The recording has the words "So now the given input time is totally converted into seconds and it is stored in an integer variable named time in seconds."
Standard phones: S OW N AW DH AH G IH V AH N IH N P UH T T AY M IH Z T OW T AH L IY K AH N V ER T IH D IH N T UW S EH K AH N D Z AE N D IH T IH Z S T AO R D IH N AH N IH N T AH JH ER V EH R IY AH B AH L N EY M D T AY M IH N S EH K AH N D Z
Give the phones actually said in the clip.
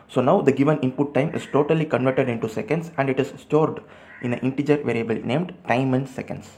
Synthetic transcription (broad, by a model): S OW N AW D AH G IH V AH N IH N P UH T T AY M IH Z T OW T AH L IY K AH N V ER T IH D IH N T UW S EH K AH N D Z AE N D IH T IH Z S T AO R D IH N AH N IH N T AH JH ER V EH R IY AH B AH L N EY M D T AY M IH N S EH K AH N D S